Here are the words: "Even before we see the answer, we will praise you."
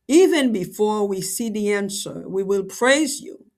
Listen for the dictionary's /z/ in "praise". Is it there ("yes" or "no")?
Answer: yes